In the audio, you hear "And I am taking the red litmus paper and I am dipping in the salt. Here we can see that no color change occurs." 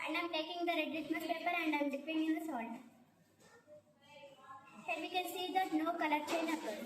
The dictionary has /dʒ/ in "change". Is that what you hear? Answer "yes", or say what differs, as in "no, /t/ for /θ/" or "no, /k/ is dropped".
no, /dʒ/ is dropped